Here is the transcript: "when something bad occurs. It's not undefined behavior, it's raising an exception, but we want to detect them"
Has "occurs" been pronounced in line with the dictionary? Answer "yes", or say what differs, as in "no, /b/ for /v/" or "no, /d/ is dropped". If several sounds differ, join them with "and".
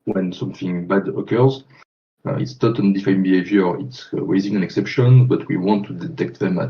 yes